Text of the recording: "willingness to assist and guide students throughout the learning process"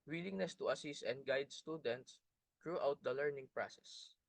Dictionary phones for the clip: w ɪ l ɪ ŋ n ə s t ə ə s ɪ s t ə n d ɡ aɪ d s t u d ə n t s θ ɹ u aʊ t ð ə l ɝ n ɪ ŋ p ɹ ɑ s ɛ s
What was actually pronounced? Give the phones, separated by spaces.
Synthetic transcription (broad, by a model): w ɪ l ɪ ŋ n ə s t ə ə s ɪ s t ə n d ɡ aɪ d s t u d ə n t s t ɹ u aʊ t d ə l ɝ n ɪ ŋ p ɹ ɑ s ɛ s